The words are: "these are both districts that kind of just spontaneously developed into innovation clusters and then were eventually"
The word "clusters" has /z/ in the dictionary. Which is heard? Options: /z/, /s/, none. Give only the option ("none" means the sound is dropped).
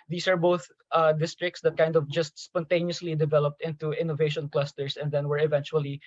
/s/